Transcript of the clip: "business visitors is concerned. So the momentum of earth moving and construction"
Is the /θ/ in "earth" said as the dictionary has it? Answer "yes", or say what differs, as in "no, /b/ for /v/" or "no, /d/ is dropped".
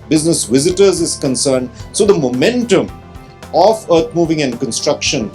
no, /t/ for /θ/